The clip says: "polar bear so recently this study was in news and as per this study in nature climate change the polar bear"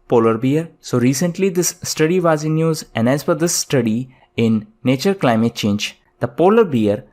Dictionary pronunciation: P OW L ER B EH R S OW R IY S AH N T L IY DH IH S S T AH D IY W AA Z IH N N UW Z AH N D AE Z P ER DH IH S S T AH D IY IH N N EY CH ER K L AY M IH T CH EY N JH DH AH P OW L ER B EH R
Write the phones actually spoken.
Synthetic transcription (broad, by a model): P OW L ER B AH R S OW R IY S AH N T L IY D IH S S T AH D IY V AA Z IH N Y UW Z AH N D AE Z F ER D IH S S T AH D IY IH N N EY CH ER K L AY M IH T CH EY N JH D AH P OW L ER B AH R